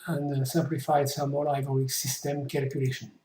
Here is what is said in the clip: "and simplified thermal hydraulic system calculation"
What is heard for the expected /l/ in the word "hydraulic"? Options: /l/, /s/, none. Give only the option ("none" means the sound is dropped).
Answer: none